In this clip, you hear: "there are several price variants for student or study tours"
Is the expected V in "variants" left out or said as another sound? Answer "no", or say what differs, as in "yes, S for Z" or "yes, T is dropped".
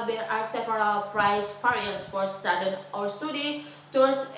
yes, P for V